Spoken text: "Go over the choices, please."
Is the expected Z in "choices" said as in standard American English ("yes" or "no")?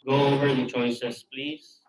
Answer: no